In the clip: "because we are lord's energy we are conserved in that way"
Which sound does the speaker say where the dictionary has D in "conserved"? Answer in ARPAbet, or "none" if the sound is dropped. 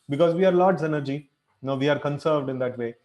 D